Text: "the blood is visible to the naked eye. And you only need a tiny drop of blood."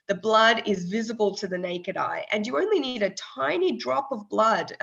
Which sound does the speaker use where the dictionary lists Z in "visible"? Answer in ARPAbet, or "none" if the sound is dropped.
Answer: Z